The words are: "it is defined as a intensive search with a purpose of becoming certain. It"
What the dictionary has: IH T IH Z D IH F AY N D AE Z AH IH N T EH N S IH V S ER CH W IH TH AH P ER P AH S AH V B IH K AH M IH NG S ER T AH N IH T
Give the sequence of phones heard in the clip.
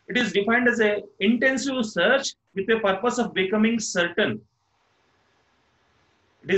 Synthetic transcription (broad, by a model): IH T IH Z D IH F AY N D AE Z AH IH N T EH N S IH V S ER CH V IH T AH P ER P AH S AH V B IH K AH M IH NG S ER T AH N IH T